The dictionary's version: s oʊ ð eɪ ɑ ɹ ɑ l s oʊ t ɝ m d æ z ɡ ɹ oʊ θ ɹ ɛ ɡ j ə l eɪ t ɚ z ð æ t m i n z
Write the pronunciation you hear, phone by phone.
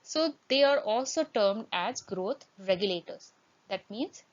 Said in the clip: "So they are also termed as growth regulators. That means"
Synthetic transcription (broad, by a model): s oʊ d eɪ ɑ ɹ ɑ l s oʊ t ɝ m d æ z ɡ ɹ oʊ t ɹ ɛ ɡ j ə l eɪ t ɚ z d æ t m i n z